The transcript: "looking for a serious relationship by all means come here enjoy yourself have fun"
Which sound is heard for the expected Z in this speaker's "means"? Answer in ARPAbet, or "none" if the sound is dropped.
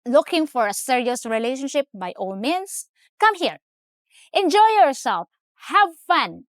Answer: S